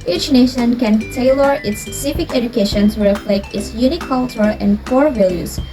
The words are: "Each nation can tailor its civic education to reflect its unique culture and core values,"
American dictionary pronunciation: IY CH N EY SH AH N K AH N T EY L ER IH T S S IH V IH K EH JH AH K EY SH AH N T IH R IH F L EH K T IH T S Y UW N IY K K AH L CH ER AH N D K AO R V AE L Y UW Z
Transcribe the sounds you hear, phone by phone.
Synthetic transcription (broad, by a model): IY CH N EY SH AH N K AH N T EY L ER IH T S S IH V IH K EH JH AH K EY SH AH N S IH R IH F L EH K T IH T S Y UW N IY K K AH L CH ER AH N D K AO R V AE L Y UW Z